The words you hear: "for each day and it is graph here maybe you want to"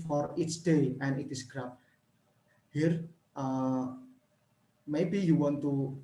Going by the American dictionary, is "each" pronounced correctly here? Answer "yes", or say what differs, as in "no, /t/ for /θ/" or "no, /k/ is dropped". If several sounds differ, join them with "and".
no, /s/ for /tʃ/